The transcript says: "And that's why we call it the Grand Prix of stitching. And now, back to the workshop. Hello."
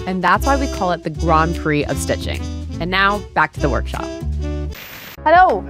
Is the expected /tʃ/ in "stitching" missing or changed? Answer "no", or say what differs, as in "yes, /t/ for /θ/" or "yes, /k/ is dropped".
no